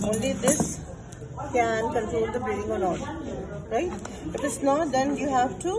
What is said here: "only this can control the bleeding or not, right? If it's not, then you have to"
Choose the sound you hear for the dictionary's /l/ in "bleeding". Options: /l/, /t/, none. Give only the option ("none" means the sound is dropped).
none